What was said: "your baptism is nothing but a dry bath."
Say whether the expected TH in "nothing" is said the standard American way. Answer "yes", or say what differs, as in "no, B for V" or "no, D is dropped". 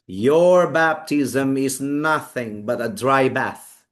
yes